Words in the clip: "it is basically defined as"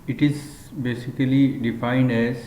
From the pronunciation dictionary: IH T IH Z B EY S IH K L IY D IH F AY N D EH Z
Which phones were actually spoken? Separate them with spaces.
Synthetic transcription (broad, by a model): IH T IH Z B EY S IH K L IY D IH F AY N D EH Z